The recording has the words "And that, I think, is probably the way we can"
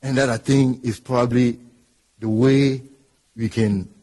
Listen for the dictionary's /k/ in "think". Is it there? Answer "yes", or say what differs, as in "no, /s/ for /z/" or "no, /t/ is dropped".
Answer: no, /k/ is dropped